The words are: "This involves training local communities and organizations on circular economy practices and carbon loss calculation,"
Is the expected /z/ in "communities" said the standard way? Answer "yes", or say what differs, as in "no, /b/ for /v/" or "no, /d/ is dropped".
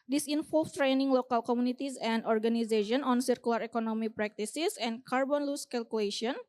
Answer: no, /s/ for /z/